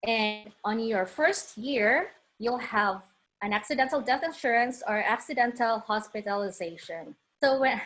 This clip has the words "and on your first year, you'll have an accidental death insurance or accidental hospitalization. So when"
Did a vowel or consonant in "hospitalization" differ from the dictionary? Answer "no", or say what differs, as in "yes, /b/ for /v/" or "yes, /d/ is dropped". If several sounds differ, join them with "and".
no